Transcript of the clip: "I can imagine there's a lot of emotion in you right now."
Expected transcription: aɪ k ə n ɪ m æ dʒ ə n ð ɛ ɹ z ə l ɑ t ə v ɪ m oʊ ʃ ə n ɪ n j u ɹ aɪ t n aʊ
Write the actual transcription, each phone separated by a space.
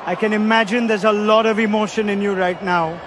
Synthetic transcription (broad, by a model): aɪ k ə n ɪ m æ dʒ ə n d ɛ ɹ z ə l ɑ t ə v ɪ m oʊ ʃ ə n ɪ n j u ɹ aɪ t n aʊ